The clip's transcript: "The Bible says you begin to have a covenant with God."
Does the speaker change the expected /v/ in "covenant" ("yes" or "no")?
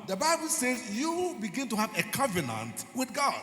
no